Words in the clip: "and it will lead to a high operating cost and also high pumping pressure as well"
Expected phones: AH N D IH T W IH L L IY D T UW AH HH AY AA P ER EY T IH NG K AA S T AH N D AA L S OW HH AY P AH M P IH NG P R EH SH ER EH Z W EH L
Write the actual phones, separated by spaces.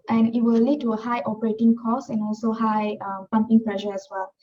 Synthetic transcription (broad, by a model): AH N IH T W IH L L IY D T UW AH HH AY AA P ER EY T IH NG K AA S AH N AA L S OW HH AY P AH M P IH NG P L EH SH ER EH S W EH L